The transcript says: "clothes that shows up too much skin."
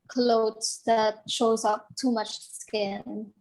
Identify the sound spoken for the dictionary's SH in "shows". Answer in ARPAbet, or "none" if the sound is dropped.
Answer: SH